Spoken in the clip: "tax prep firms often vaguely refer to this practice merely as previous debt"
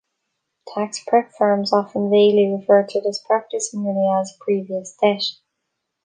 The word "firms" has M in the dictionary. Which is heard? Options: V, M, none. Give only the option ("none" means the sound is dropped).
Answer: M